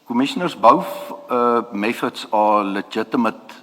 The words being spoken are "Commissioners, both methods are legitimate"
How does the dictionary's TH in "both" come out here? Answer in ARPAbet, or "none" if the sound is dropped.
F